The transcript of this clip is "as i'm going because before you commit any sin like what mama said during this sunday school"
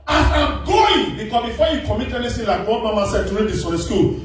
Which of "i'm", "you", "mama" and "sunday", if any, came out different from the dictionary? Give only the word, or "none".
sunday